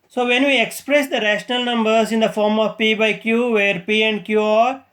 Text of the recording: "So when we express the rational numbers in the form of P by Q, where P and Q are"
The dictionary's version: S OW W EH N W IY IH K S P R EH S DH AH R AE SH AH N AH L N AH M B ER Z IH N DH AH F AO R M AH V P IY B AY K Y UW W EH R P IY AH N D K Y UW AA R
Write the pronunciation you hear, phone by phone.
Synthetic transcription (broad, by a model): S OW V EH N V IY IH K S P R EH S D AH R AE SH AH N AH L N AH M B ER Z IH N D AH F AO R M AH V P IY B AY K Y UW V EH R P IY AH N D K Y UW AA R